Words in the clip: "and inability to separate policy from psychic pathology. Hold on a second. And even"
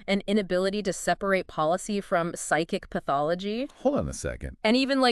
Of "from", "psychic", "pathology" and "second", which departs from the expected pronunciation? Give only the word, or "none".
none